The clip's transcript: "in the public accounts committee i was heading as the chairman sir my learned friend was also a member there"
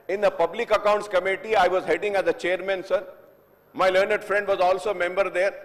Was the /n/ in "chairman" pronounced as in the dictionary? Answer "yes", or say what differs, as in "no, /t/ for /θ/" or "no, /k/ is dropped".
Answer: yes